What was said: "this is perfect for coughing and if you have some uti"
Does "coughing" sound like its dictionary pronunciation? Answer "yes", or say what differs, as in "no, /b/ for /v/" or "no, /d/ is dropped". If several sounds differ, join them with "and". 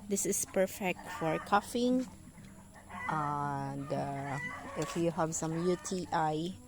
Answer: yes